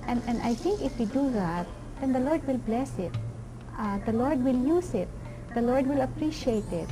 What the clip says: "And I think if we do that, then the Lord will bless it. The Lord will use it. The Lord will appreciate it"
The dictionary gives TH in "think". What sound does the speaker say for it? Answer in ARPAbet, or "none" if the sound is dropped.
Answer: T